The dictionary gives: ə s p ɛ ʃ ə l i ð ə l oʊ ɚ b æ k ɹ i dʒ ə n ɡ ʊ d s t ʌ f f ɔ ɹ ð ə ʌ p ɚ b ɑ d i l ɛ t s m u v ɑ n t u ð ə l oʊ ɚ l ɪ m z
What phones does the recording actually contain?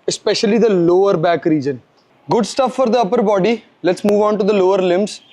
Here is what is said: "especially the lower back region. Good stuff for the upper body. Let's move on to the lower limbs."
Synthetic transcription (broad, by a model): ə s p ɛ ʃ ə l i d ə l oʊ ɚ b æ k ɹ i dʒ ə n ɡ ʊ d s t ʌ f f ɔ ɹ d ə ʌ p ɚ b ɑ d i l ɛ t s m u v ɑ n t u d ə l oʊ ɚ l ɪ m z